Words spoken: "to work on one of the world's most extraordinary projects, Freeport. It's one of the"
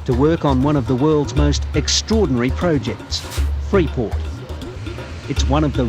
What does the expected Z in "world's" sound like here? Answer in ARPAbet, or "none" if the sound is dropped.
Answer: Z